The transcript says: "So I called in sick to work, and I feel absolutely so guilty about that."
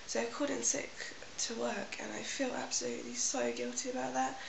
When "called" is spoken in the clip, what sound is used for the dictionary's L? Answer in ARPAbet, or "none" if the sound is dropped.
none